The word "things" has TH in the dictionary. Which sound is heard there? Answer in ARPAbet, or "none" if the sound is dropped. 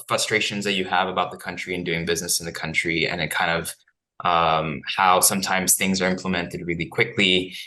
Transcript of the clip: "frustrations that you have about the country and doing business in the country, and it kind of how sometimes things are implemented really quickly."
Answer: TH